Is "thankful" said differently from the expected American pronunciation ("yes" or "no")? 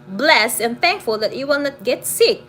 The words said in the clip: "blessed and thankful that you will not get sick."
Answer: no